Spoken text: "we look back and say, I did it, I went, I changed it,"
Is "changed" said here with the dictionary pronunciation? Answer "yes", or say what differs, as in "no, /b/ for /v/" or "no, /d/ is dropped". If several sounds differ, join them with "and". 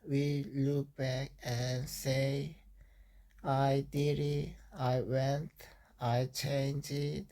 no, /d/ is dropped